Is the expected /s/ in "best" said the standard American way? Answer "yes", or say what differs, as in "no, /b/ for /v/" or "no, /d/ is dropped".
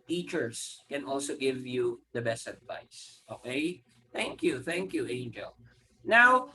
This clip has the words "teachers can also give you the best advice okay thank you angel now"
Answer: yes